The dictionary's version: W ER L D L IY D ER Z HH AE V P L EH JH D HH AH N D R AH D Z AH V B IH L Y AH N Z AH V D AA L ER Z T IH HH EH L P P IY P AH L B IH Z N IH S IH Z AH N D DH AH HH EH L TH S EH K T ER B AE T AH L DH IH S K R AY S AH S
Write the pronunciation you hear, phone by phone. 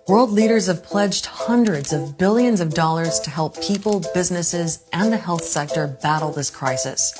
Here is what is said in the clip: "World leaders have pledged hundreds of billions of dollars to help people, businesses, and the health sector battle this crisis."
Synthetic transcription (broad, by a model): W ER L D L IY D ER Z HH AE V P L EH JH D HH AH N D R AH D Z AH V B IH L Y AH N Z AH V D AA L ER Z T IH HH EH L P P IY P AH L B IH Z N IH S IH Z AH N DH AH HH EH L TH S EH K T ER B AE T L DH IH S K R AY S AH S